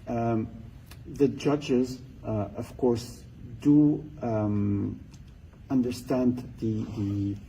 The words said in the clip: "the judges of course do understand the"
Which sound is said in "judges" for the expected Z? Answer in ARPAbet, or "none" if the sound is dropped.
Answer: Z